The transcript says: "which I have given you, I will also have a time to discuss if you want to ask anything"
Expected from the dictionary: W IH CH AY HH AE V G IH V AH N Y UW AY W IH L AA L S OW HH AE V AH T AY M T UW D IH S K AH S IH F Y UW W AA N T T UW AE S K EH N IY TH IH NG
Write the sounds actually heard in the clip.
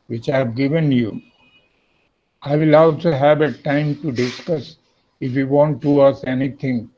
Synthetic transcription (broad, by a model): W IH CH AY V G IH V AH N Y UW AY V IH L AA L S OW HH AE V AH T AY M T UW D IH S K AH S IH F Y UW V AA N T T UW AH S EH N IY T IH NG